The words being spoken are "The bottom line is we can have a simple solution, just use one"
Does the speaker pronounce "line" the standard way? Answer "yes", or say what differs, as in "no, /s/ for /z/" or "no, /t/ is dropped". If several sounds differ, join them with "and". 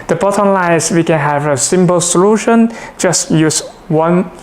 no, /n/ is dropped